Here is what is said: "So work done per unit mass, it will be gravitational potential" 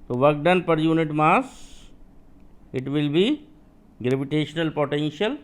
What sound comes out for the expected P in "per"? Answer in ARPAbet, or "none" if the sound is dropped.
P